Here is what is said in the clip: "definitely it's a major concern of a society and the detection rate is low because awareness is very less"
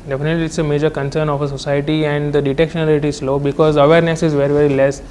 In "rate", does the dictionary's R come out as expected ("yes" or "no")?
no